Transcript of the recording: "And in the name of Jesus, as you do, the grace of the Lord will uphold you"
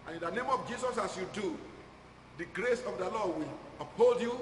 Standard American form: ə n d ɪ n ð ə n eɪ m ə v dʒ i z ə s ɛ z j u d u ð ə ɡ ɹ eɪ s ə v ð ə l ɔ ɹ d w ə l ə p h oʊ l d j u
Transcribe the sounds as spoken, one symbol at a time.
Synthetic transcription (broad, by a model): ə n ɪ n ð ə n eɪ m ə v dʒ i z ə s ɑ s j u d u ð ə ɡ ɹ eɪ s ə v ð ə l ɔ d w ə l ə p h oʊ l d j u